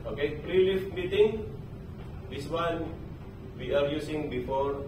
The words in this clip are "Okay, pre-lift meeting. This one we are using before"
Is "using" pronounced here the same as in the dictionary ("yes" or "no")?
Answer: no